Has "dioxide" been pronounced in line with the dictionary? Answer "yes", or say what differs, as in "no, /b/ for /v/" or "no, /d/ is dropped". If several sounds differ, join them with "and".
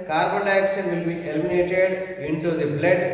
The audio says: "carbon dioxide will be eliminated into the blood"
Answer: no, /ʃ/ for /s/